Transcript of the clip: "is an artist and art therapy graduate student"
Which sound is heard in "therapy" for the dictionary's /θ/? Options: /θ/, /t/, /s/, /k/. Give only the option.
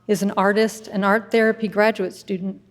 /θ/